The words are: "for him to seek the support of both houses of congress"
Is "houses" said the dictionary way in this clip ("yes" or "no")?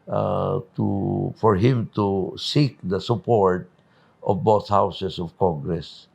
no